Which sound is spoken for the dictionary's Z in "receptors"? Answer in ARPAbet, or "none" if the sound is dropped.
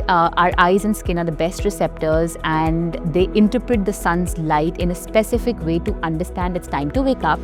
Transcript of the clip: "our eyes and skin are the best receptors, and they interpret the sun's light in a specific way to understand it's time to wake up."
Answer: Z